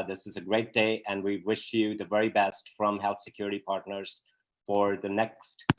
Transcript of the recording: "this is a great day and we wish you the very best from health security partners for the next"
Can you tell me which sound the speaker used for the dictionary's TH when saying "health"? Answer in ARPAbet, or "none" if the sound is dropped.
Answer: TH